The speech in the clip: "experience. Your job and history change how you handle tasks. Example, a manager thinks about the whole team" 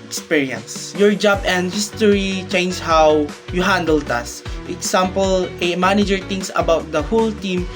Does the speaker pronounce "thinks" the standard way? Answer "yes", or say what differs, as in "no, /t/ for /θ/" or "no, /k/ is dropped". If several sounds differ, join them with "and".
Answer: no, /t/ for /θ/ and /k/ is dropped